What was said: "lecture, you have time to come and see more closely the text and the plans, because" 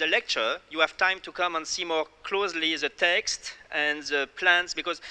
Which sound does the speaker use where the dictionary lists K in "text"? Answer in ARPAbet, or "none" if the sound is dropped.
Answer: K